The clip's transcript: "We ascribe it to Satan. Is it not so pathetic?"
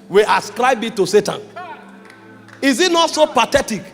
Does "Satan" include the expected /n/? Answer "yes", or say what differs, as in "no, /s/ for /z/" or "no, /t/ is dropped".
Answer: yes